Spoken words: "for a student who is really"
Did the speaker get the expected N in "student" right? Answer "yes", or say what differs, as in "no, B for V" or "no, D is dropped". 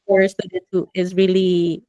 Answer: no, N is dropped